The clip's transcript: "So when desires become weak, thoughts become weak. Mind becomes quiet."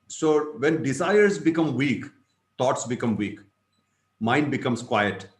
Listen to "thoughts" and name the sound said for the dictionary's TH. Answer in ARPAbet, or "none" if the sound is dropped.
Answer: T